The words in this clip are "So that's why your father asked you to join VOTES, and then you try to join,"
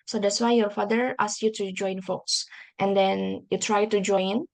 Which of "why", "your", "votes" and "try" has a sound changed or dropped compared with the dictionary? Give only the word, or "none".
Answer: votes